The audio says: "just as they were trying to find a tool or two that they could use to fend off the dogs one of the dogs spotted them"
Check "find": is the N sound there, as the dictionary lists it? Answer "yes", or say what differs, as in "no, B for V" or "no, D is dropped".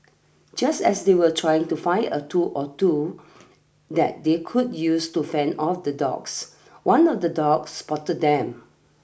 no, N is dropped